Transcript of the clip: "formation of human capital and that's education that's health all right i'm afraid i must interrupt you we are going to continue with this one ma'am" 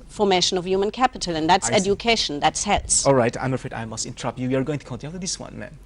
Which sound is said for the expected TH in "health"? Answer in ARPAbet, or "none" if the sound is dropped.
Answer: S